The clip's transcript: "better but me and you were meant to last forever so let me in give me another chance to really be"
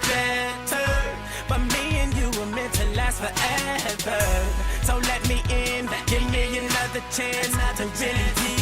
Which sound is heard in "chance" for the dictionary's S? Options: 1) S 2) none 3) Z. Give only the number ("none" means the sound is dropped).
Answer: 2